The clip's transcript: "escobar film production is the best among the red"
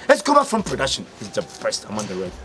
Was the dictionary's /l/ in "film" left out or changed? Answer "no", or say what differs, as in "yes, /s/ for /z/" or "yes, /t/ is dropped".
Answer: yes, /l/ is dropped